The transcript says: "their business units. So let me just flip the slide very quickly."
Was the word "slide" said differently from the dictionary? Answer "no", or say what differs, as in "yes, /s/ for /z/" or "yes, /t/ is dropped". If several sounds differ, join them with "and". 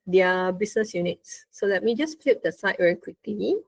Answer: yes, /l/ is dropped